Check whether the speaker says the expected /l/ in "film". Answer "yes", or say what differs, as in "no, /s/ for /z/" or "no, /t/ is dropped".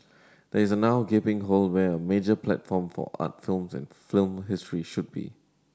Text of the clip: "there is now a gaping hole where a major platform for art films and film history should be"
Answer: yes